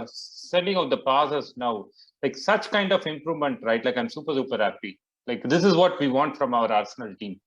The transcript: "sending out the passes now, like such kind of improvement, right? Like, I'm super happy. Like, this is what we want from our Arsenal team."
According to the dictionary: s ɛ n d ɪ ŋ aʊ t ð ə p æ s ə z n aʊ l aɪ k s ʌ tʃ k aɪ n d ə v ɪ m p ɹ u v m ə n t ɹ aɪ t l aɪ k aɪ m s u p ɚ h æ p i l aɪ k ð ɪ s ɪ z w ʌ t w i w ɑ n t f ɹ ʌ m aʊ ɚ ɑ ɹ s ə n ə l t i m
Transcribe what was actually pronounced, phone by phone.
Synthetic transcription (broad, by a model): s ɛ n d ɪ ŋ aʊ t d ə p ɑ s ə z n aʊ l aɪ k s ʌ tʃ k aɪ n d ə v ɪ m p ɹ u v m ə n t ɹ aɪ t l aɪ k aɪ m s u p ɚ h æ p i l aɪ k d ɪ s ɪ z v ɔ t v i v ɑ n t f ɹ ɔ m aʊ ɚ ɑ ɹ s ə n ə l t i m